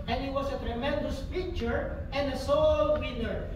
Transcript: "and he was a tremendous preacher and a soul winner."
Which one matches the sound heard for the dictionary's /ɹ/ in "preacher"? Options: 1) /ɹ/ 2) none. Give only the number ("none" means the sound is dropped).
2